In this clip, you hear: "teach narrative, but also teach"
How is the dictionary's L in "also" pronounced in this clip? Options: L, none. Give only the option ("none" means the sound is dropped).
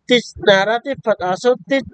none